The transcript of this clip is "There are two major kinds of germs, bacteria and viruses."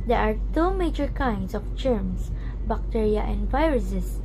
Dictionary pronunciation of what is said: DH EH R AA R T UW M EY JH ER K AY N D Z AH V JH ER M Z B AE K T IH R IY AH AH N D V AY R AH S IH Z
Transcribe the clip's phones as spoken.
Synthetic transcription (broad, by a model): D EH R AA R T UW M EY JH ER K AY N D S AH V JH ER M S B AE K T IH R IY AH AH N D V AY R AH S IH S